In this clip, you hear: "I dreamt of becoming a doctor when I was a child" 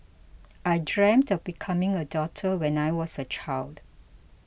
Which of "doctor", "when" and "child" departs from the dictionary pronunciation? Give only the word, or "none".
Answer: doctor